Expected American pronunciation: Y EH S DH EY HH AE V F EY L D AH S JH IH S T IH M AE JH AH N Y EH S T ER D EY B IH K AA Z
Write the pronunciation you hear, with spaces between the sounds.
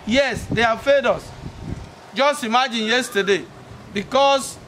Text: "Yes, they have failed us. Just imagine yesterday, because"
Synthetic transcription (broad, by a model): Y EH S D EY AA F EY D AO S JH IH S T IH M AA JH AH N Y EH S T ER D EY B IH K AA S